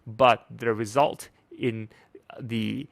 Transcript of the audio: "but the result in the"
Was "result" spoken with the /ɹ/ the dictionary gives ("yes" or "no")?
yes